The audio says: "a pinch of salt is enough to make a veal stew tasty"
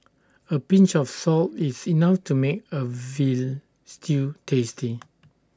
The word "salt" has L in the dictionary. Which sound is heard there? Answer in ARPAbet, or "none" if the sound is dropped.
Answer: L